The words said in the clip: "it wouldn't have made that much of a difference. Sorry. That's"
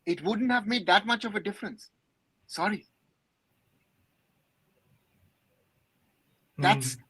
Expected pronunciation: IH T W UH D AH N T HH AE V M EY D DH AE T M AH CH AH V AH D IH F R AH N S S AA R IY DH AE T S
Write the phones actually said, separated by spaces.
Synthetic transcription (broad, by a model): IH T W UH D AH N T HH AE V M EY D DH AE T M AH CH AH V AH D IH F R AH N S S AA R IY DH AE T S